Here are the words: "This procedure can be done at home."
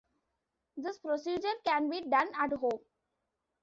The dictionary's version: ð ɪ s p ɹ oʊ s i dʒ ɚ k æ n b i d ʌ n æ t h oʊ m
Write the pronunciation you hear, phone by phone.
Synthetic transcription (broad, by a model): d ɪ s p ɹ oʊ s i dʒ ɚ k æ n b i d ʌ n æ t h oʊ m